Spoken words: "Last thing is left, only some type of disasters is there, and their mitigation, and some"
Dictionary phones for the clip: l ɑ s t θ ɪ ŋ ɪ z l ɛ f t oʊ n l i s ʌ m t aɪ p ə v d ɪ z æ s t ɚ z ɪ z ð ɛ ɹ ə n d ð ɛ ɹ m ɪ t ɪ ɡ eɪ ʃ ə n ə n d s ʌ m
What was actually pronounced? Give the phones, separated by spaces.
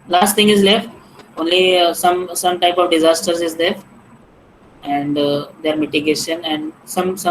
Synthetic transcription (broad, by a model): l ɑ s t t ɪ ŋ ɪ z l ɛ f t oʊ n l i s ʌ m t aɪ p ə v d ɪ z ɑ s t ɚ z ɪ z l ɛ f ə n d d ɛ ɹ m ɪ t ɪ ɡ eɪ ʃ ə n ə n d s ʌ m